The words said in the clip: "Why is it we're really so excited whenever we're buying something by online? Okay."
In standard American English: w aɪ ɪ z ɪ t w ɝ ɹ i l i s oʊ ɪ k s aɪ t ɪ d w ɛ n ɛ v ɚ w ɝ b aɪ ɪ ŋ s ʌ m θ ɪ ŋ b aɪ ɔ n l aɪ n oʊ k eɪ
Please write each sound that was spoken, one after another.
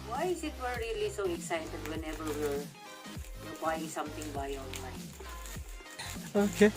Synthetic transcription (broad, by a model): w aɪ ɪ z ɪ t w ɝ ɹ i l i s oʊ ɪ k s aɪ t ɪ d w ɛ n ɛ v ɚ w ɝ b aɪ ɪ ŋ s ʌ m t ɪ ŋ b aɪ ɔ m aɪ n oʊ k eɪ